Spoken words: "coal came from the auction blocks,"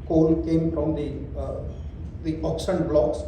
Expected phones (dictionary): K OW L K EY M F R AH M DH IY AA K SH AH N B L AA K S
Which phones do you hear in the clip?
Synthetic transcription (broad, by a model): K OW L K EY M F R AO M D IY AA K S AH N B L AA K S